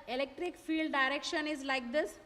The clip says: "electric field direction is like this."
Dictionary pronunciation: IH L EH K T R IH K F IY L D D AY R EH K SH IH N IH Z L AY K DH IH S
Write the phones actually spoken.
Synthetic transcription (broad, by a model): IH L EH K T R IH K F IY L D D AY R EH K SH IH N IH Z L AY K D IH S